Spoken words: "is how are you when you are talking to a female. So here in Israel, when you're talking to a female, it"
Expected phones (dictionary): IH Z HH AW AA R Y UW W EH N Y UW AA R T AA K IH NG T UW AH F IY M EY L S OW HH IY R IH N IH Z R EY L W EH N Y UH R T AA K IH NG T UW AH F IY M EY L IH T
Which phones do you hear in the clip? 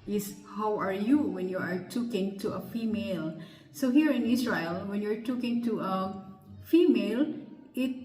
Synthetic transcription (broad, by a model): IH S HH AW AA R Y UW W EH N Y UW AA R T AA K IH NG T UW AH F IY M EY L S OW HH IY R IH N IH S R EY L W EH N Y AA R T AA K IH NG T UW AH F IY M EY L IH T